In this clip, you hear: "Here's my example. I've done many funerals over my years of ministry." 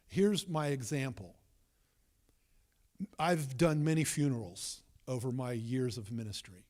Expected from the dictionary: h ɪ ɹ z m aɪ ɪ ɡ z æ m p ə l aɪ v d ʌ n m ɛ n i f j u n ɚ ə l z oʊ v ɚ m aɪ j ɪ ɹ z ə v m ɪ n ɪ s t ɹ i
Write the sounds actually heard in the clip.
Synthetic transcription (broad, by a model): h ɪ ɹ z m aɪ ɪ ɡ z æ m p l aɪ v d ʌ n m ɛ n i f j u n ɚ l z oʊ v ɚ m aɪ j ɪ ɹ z ə v m ɪ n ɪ s t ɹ i